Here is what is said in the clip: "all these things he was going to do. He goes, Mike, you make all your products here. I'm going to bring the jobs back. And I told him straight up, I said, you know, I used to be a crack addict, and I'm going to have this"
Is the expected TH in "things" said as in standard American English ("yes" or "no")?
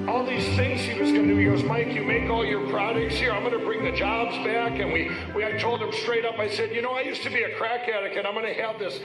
yes